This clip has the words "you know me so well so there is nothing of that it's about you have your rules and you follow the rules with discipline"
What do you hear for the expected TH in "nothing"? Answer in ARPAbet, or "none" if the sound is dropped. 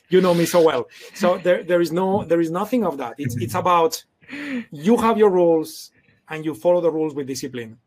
TH